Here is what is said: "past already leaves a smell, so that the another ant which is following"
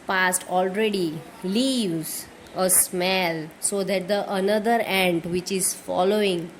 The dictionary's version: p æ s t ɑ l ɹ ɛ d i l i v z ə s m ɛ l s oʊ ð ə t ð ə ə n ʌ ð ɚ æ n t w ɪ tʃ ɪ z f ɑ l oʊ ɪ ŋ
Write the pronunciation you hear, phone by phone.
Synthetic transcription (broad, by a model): p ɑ s t ɑ l ɹ ɛ d i l i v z ə s m ɛ l s oʊ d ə t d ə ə n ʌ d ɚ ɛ n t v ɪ tʃ ɪ z f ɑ l oʊ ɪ ŋ